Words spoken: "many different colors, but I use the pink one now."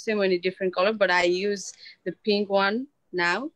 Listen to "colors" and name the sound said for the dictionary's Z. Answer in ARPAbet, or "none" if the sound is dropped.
none